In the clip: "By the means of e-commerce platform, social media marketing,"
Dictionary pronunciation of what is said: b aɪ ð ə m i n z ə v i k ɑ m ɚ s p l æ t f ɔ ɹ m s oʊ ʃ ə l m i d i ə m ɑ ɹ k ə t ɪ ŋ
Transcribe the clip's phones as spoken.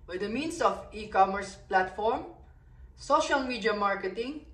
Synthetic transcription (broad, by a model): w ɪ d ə m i n s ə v i k ɑ m ɚ s p l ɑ t f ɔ ɹ m s oʊ ʃ ə l m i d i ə m ɑ ɹ k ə t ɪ ŋ